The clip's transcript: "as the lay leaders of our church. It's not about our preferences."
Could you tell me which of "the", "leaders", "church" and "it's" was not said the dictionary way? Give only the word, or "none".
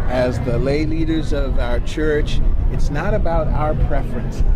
none